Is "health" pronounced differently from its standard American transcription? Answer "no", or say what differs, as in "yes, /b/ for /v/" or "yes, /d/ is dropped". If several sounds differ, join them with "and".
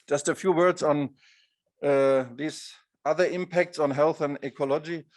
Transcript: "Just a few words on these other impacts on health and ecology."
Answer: no